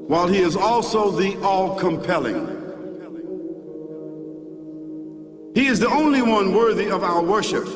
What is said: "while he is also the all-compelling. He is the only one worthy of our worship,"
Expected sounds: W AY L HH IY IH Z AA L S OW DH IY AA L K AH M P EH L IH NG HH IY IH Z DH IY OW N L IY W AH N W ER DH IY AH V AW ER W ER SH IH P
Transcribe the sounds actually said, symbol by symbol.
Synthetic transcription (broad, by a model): W AY L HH IY IH Z AA L S OW DH IY AA L K AH M P EH L IH NG HH IY IH Z DH IY OW N L IY W AH N W ER DH IY AH V AW ER W ER SH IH P